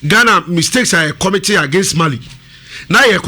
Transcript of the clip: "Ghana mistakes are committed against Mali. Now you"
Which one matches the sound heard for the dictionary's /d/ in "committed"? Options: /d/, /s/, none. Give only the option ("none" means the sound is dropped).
none